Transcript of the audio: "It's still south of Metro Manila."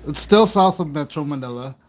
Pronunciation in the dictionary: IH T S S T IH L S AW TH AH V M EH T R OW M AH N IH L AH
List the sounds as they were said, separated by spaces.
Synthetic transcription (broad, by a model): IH T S S T IH L S AW TH AH V M EH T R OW M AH N IH L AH